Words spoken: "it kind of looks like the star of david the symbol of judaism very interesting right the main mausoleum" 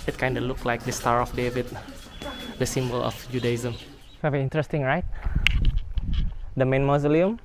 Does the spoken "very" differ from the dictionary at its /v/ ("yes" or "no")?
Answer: yes